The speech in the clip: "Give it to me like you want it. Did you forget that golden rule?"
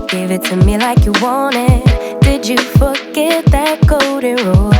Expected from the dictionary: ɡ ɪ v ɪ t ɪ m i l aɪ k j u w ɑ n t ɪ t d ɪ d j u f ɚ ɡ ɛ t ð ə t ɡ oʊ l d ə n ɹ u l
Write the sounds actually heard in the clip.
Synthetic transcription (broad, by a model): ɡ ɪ v ɪ t ɪ m i l aɪ k j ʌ w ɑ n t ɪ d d ɪ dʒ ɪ f ɚ ɡ ɛ t ð ə t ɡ oʊ d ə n ɹ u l